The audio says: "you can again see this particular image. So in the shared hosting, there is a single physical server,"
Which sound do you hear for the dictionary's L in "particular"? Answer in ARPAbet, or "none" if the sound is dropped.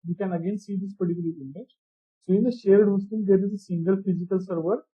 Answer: none